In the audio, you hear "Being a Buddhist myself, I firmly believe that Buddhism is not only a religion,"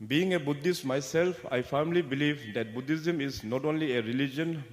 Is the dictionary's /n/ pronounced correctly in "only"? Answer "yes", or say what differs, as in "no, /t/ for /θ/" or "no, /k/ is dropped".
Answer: yes